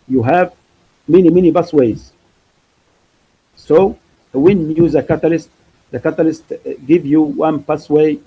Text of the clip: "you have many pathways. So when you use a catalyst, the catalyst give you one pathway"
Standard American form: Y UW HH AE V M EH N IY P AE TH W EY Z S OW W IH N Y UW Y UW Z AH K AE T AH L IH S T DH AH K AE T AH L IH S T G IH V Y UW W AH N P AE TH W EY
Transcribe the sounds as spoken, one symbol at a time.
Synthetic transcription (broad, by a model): Y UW HH AE V M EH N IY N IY S W EY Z S OW W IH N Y Y UW Z AH K AE T AH L IH S T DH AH K AE T AH L IH S T G IH V Y UW W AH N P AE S W EY